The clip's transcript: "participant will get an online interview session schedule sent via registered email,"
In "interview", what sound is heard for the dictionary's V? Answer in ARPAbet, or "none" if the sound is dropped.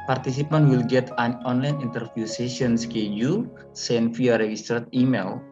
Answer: F